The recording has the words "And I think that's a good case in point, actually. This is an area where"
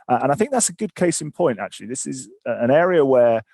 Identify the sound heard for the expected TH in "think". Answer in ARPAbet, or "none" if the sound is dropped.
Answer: TH